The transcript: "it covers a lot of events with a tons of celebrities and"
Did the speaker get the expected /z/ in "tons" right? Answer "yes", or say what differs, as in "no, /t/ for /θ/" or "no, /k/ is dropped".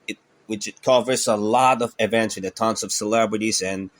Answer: no, /s/ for /z/